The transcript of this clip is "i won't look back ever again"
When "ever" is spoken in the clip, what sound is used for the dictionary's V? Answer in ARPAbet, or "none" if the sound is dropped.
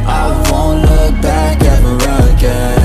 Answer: none